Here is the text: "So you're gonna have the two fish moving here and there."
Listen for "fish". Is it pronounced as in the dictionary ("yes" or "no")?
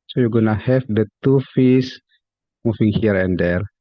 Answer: no